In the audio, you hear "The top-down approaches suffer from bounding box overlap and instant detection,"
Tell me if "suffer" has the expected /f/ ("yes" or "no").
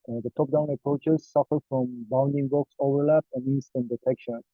yes